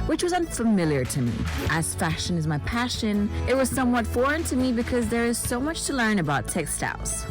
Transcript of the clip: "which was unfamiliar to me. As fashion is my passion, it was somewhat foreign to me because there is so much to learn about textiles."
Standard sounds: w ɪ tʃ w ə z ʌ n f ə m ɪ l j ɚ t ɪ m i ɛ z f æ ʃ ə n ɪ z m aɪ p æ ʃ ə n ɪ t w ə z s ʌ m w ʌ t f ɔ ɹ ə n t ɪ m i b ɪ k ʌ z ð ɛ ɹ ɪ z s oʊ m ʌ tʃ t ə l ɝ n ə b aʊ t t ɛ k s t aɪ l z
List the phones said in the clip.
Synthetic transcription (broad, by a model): w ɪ tʃ w ə z ʌ n f ə m ɪ l j ɚ t ɪ m i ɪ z f æ ʃ ə n ɪ z m aɪ p æ ʃ ə n ɪ t w ə z s ʌ m w ʌ t f ɔ ɹ ə n t ɪ m i b ɪ k ʌ z ð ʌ ɹ ɪ z s oʊ m ʌ tʃ t ə l ɝ n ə b aʊ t t ɛ k s t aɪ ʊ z